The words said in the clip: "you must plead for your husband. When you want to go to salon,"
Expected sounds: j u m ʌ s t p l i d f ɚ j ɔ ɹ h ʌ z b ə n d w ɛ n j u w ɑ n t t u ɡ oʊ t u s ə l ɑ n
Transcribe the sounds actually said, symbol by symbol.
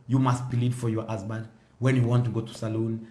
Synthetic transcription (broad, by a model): j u m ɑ s t b l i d f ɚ j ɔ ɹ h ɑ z b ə n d w ɛ n j u w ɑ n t t u ɡ oʊ t u s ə l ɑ n